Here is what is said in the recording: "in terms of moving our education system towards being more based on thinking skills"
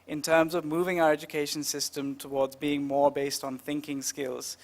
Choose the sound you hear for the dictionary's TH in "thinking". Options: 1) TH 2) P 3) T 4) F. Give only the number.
1